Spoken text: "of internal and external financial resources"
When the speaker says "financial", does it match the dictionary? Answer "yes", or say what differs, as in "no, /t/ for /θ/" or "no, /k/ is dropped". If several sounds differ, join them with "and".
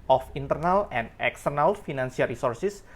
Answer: no, /s/ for /ʃ/